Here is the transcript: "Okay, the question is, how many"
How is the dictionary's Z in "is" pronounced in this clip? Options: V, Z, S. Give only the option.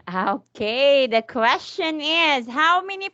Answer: Z